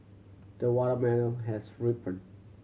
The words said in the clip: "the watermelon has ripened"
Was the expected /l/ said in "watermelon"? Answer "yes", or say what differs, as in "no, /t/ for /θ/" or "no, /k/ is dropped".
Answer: no, /n/ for /l/